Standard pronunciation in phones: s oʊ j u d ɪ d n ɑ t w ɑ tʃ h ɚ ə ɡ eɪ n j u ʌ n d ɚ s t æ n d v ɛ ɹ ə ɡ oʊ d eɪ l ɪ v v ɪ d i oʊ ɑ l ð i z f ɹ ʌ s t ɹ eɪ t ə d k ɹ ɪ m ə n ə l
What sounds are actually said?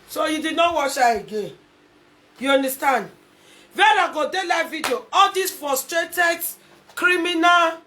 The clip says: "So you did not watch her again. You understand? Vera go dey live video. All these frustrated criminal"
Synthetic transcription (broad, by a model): s oʊ j u d ɪ d n ɑ t w ɑ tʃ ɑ ə ɡ eɪ n j u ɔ n d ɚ s t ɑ n d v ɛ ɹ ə ɡ oʊ d eɪ l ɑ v v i d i oʊ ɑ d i s f ɹ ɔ s t ɹ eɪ t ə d k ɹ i m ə n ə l